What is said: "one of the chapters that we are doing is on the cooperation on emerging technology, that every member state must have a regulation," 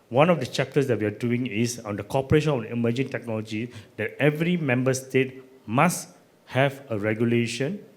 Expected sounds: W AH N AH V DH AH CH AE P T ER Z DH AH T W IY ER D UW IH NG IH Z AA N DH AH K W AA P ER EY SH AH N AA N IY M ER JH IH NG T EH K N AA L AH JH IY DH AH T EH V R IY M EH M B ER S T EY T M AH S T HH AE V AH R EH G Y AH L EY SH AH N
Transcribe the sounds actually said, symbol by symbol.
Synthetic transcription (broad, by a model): W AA N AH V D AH CH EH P T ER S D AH T W IY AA D UW IH NG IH S AA N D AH K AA P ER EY SH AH N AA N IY M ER JH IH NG T EH K N AA L AH JH IY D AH T EH V R IY M EH M B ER S T EY T M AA S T HH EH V AH R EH G Y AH L EY SH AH N